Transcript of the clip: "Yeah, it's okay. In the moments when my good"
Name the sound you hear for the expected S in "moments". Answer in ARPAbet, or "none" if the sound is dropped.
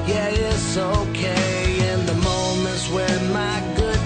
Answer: none